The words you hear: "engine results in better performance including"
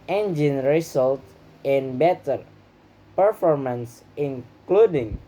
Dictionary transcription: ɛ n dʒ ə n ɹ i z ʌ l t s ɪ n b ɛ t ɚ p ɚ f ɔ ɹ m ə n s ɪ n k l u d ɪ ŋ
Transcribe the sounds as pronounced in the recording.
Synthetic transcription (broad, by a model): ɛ n dʒ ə n ɹ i s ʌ l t ɪ n b ɛ t ɚ p ɚ f ɔ ɹ m ə n s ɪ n k l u d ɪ ŋ